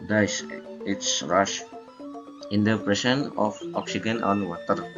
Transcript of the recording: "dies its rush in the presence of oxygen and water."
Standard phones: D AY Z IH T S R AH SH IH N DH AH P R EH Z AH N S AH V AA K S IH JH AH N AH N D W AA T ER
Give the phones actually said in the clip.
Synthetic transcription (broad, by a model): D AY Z IH T S R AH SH IH N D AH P R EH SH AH N AH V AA K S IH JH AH N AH N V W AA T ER